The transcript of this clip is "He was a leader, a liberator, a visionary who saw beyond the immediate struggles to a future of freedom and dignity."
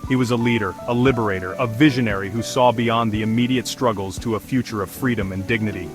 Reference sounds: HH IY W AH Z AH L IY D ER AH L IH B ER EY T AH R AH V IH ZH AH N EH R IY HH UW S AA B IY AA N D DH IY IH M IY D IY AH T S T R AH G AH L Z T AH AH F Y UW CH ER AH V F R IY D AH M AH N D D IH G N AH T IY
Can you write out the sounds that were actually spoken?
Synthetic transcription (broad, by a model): HH IY W AH Z AH L IY D ER AH L IH B ER EY T AH R AH V IH ZH AH N EH R IY HH UW S AA B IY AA N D DH IY IH M IY D IY AH T S T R AH G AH L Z T AH AH F Y UW CH ER AH V F R IY D AH M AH N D D IH G N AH T IY